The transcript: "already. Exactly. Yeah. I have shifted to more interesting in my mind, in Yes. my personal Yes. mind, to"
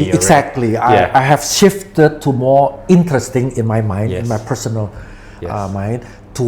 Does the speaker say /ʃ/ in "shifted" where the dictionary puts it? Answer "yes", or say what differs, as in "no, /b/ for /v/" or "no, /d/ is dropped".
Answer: yes